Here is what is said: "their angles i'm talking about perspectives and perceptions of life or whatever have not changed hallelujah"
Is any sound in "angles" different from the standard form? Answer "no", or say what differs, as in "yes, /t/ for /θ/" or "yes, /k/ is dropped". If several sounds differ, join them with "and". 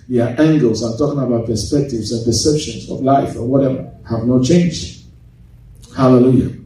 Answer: no